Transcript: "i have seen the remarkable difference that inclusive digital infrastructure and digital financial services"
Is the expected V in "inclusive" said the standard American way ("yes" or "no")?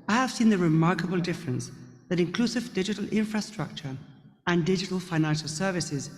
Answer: yes